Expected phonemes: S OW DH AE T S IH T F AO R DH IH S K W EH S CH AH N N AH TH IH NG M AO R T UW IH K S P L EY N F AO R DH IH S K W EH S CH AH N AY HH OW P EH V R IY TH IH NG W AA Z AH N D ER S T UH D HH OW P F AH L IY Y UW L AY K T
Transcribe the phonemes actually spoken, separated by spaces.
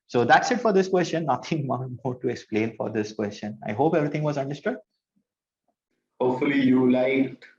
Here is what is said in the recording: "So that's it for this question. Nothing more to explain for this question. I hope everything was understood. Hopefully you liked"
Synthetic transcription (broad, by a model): S OW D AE T S IH T F AO R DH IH S K W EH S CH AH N N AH T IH NG M AO R T UW IH K S P L EY N F AO R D IH S K W EH S CH AH N AY HH OW P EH V R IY T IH NG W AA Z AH N D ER S T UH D HH OW P F AH L IY Y UW L AY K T